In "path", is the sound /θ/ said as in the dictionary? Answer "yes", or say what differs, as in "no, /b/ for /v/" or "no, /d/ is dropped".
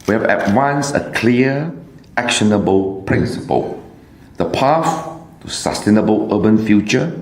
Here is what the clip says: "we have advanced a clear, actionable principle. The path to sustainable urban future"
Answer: no, /f/ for /θ/